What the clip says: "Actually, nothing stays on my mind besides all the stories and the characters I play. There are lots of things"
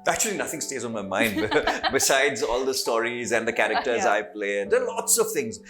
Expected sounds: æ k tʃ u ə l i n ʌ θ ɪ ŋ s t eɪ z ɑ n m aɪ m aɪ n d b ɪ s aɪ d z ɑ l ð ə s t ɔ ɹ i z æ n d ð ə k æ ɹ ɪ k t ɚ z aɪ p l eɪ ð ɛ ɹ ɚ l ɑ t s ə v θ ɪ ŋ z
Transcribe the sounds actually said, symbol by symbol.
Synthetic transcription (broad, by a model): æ k tʃ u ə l i n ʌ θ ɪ ŋ s t eɪ z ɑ n m aɪ m aɪ n d b ɪ s aɪ d z ɑ l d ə s t ɔ ɹ i z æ n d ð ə k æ ɹ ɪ k t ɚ z aɪ p l eɪ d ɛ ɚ l ɑ t s ə v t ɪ ŋ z